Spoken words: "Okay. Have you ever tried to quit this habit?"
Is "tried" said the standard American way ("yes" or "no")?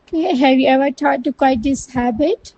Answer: no